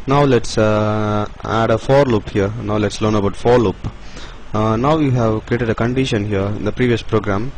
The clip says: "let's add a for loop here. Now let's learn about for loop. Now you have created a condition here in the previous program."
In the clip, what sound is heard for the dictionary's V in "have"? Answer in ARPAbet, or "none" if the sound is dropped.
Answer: V